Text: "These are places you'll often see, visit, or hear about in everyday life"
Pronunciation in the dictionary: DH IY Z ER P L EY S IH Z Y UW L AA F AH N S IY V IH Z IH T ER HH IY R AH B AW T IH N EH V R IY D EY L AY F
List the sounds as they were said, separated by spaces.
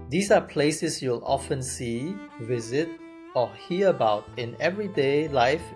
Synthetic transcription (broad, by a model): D IY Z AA P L EY S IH S Y UW L AA F AH N S IY V IH Z IH T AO HH IY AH AH B AW T IH N EH V R IY D EY L AY F